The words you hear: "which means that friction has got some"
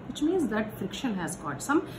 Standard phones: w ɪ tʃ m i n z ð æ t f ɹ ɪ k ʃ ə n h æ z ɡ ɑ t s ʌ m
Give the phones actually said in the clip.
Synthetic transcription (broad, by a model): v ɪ tʃ m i n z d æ t f ɹ ɪ k ʃ ə n h æ z ɡ ɑ t s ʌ m